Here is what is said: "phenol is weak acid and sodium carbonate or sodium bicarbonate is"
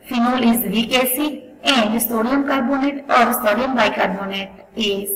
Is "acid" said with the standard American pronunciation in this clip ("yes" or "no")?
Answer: no